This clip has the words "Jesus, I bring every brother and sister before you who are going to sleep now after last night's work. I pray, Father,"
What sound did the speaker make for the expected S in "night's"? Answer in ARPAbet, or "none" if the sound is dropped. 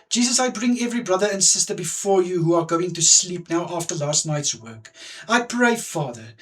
S